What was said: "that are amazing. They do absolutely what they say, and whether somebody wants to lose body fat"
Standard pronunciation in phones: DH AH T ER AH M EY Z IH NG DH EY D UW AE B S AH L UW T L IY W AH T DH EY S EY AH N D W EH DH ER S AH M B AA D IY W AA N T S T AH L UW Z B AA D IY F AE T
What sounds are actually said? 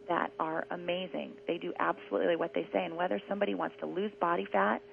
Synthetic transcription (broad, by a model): DH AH T ER AH M EY Z IH NG DH EY D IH AE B S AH L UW T L IY W AH T DH EY S EY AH N W EH DH ER S AH M B AA D IY W AA N T S T AH L UW Z B AA D IY F AE T